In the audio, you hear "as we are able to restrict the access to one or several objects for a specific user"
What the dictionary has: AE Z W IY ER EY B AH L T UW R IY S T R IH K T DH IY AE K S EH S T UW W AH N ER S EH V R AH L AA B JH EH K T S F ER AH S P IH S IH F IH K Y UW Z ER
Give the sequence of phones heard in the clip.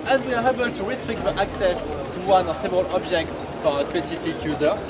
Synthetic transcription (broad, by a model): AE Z W IY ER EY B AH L T UW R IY S T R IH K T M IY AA K S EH S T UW W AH N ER S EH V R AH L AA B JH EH K T F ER AH S P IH S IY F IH K Y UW Z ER